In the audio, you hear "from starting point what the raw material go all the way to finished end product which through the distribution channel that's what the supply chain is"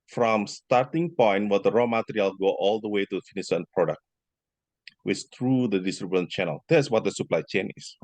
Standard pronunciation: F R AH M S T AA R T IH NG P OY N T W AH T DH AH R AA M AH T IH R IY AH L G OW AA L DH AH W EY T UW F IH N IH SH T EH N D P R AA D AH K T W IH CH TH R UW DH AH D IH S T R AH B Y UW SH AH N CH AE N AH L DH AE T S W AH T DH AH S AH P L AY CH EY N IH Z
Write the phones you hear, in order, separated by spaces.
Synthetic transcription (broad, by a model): F R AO M S T AA R T IH NG P OY N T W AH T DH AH R AA M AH T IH R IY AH L G OW AA L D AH W EY T UW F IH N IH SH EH N P R AA D AH K T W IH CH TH R UW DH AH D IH S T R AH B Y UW AH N CH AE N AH L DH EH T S W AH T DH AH S AH P L AY CH EY N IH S